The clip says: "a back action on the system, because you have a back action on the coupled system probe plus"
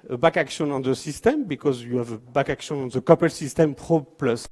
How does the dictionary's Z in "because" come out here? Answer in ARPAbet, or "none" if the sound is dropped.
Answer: Z